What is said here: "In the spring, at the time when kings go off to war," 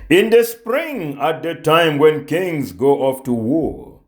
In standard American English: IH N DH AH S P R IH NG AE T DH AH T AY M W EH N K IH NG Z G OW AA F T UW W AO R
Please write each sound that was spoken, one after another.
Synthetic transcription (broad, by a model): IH N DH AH S P R IH NG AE T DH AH T AY M W EH N K IH NG Z G OW AA F T UW W AO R